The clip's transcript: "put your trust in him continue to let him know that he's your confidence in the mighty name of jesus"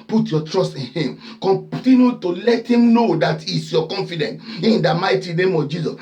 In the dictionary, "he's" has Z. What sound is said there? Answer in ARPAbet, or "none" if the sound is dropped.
S